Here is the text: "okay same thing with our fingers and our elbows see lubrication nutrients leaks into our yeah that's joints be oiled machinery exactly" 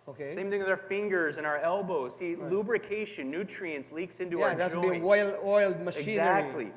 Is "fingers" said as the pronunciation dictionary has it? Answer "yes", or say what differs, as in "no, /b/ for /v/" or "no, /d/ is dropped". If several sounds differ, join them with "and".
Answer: yes